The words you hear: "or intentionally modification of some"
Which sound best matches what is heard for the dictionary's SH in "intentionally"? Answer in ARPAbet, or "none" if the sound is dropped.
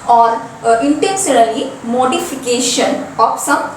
S